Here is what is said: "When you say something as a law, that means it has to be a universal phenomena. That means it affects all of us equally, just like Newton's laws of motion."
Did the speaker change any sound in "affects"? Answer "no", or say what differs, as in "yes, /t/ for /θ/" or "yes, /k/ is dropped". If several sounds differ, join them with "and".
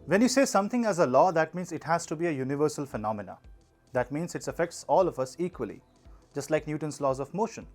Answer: no